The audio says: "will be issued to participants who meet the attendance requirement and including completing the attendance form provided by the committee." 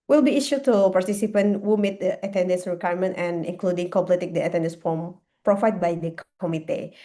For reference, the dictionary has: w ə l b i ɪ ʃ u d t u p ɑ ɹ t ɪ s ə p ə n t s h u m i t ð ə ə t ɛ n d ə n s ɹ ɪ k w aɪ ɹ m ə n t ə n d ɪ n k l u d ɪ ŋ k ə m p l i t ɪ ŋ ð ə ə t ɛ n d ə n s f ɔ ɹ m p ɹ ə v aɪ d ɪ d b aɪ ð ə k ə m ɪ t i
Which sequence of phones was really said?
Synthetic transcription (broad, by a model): w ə l b i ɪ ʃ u t u p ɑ ɹ t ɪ s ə p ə n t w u m i t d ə ə t ɛ n d ə n s ɹ ɪ k w aɪ ɹ m ə n t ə n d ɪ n k l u d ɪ ŋ k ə p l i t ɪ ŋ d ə ə t ɛ n d ə n s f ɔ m p ɹ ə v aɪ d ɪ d b aɪ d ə k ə m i t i